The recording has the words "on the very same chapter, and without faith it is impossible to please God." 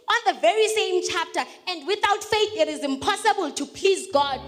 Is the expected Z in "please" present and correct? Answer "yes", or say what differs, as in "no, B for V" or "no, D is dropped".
yes